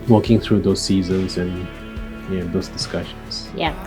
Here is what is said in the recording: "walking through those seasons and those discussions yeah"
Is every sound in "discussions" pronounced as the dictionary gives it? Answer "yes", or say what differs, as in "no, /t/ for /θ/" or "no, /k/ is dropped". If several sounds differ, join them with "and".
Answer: no, /s/ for /z/